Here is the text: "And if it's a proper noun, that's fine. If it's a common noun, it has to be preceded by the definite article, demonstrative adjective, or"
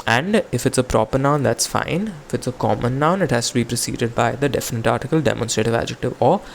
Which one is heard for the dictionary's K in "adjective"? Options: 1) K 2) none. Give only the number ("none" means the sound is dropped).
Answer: 1